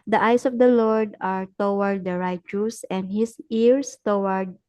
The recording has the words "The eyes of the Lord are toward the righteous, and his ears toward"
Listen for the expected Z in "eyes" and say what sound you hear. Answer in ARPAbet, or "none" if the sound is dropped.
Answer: S